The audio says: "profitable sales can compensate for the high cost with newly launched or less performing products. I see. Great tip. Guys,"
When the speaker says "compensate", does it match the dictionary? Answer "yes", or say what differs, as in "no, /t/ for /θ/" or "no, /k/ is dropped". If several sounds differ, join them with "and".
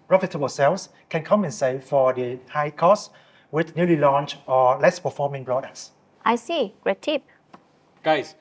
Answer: no, /p/ is dropped